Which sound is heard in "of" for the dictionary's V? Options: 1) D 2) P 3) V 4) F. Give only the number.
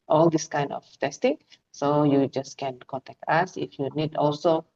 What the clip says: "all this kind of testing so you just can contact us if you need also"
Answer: 4